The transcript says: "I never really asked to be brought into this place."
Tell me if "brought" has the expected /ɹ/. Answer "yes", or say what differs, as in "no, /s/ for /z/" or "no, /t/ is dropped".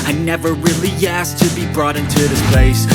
yes